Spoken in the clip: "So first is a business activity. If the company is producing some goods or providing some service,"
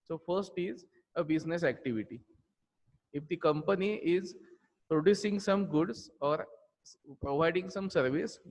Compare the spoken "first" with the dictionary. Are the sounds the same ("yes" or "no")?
yes